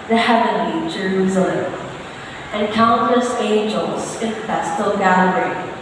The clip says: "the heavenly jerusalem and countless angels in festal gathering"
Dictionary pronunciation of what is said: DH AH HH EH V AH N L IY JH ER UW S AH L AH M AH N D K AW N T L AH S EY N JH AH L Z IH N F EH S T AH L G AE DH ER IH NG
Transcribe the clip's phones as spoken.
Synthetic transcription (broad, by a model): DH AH HH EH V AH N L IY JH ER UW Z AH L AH AH N K AW N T L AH S EY N JH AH L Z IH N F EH S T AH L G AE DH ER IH